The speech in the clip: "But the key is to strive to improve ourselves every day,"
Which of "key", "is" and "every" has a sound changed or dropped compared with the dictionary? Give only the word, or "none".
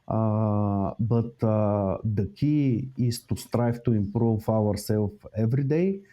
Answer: is